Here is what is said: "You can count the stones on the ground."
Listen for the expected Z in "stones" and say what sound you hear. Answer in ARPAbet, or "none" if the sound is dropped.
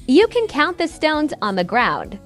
Z